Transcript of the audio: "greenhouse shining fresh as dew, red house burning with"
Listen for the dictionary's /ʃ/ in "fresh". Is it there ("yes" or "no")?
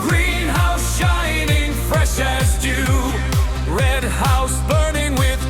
yes